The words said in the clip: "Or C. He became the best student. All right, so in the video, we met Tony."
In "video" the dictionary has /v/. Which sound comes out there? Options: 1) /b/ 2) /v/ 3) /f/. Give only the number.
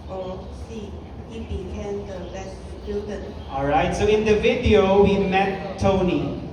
2